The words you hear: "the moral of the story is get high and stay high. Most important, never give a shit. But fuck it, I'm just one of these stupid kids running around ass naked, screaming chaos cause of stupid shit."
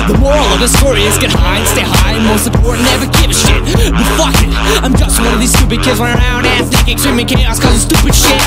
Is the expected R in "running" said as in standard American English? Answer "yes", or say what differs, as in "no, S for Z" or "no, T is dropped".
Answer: no, W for R